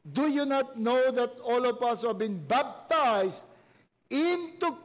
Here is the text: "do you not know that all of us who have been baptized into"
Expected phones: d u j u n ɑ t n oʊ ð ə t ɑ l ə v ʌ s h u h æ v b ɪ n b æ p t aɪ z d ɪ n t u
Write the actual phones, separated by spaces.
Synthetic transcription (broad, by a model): d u j u n ɑ t n oʊ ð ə t ɑ l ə p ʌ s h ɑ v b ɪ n b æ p t aɪ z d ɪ n t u